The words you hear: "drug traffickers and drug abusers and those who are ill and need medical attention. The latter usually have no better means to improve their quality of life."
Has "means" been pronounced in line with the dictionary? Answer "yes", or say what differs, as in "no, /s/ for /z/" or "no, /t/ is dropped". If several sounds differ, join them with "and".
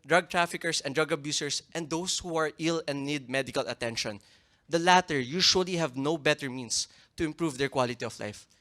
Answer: no, /s/ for /z/